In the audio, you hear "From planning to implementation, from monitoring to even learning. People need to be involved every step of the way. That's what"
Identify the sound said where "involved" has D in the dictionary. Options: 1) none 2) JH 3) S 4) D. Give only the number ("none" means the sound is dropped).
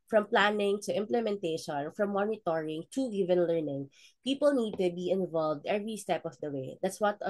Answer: 4